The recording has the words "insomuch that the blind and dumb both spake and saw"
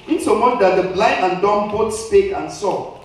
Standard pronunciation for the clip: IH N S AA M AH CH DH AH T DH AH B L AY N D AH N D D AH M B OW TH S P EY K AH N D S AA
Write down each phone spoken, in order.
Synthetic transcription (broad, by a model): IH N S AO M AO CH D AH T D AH B L AY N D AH N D D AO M B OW T S P EY K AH N S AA